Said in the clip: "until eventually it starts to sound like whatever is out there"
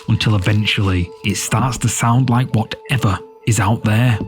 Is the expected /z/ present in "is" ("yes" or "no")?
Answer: yes